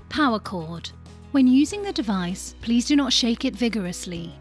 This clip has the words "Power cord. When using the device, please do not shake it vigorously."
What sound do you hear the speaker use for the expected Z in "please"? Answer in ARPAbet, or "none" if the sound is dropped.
Z